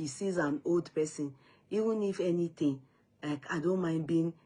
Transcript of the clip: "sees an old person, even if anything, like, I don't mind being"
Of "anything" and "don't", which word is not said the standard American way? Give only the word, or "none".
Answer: anything